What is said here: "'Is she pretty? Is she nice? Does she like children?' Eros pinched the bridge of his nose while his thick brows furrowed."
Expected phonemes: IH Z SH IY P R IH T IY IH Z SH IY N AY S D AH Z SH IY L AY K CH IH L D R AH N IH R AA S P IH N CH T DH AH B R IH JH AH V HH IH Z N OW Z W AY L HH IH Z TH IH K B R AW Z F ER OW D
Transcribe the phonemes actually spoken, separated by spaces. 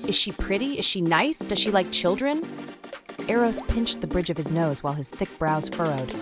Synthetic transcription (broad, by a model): IH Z SH IY P R IH T IY IH Z SH IY N AY S D AH Z SH IY L AY K CH IH L D R AH N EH R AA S P IH N CH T DH AH B R IH JH AH V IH Z N OW Z W AY L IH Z TH IH K B R AW Z F ER OW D